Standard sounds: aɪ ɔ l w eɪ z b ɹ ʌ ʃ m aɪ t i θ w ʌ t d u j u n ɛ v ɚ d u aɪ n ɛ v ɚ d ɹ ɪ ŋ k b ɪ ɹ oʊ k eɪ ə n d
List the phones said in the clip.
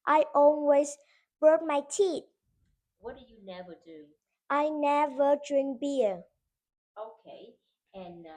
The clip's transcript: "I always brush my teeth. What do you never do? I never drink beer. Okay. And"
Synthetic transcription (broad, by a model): aɪ ɔ l w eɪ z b ɹ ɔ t m aɪ t i t w ʌ t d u j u n ɛ v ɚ d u aɪ n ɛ v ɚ d ɹ ɪ ŋ k b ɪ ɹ oʊ k eɪ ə n